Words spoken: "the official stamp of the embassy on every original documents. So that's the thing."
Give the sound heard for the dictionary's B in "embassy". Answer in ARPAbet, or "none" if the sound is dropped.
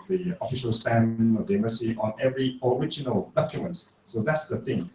none